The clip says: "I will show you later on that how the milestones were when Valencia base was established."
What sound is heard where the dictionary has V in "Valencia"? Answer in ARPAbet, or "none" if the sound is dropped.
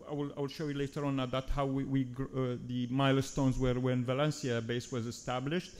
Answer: V